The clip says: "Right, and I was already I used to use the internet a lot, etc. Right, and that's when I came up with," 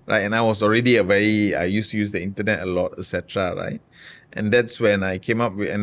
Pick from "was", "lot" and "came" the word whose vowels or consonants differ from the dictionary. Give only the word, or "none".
was